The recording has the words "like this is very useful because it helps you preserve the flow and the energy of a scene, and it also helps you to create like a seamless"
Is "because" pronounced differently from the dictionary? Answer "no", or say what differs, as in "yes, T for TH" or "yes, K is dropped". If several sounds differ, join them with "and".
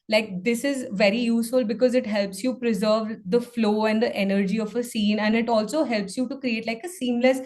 no